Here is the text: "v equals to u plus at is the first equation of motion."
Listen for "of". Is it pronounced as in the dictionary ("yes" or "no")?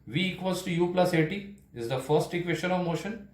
yes